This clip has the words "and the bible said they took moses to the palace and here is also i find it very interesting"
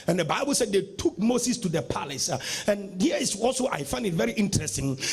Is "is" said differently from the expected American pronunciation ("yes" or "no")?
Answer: yes